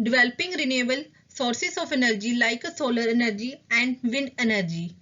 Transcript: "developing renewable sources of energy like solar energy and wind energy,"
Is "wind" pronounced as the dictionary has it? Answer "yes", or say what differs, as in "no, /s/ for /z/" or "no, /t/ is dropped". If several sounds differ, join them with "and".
no, /d/ is dropped